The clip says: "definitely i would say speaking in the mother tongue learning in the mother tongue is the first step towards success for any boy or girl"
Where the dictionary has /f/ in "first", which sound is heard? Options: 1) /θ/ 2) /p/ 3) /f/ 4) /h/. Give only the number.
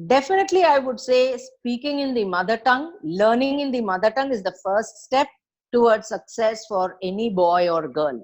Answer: 3